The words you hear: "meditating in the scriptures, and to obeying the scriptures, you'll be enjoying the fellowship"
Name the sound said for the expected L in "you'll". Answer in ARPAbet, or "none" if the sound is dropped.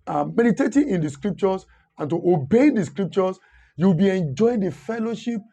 W